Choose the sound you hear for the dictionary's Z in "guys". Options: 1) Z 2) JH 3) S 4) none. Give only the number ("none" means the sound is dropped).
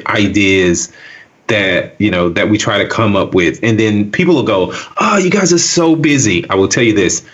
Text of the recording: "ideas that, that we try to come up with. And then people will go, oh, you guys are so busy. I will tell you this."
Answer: 1